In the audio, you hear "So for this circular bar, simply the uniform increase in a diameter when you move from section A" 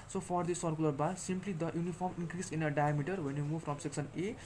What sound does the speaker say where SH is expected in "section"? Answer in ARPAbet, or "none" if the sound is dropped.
S